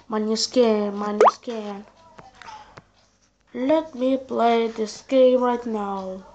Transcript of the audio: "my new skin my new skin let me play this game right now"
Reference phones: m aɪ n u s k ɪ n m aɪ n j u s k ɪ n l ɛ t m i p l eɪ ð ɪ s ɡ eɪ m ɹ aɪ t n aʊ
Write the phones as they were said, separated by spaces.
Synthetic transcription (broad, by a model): m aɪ n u s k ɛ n m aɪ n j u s k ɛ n l ɛ t m i p l eɪ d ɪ s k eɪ ɹ aɪ t n aʊ